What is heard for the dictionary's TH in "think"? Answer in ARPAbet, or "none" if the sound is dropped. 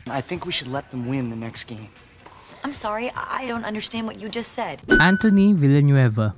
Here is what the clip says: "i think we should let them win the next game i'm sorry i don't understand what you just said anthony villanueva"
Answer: TH